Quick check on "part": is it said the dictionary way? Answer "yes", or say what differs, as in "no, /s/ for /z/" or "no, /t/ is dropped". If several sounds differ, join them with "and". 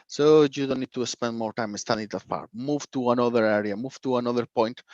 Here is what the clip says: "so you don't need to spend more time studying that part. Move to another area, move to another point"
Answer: no, /f/ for /p/